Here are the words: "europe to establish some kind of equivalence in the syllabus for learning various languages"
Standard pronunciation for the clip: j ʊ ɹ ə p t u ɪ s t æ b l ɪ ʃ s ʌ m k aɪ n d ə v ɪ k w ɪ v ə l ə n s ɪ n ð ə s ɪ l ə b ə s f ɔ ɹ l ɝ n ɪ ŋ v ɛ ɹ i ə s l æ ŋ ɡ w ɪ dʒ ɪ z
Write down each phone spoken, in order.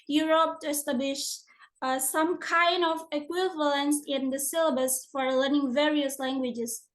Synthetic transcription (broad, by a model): j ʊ ɹ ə p t u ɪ s t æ b l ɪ ʃ s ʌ m k aɪ n d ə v ɪ k w ɪ v ə l ə n s ɪ n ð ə s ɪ l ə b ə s f ɔ ɹ l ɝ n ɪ ŋ v ɛ ɹ i ə s l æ ŋ ɡ w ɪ dʒ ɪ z